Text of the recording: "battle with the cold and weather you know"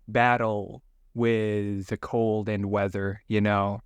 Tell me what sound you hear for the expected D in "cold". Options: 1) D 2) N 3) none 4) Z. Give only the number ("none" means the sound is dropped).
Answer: 1